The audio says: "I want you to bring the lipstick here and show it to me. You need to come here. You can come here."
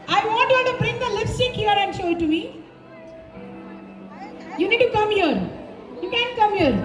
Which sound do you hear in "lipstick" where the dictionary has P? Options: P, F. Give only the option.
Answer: F